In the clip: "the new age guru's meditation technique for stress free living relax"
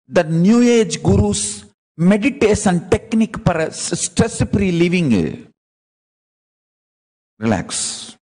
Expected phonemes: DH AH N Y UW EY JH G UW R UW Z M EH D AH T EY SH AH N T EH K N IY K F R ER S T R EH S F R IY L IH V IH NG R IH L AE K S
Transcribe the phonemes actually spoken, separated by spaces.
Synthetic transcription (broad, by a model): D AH N Y UW EY JH G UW R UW S M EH D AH T EY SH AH N T EH K N IY K P R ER S T R EH S P R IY L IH V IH NG R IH L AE K S